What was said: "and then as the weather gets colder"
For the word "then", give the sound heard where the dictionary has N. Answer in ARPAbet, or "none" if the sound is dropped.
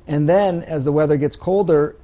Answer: N